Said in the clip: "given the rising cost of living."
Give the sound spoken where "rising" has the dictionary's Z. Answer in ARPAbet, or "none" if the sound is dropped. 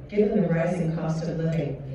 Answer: Z